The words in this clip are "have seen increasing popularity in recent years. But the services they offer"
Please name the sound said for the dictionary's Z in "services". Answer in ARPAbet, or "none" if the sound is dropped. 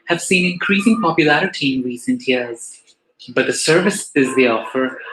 Z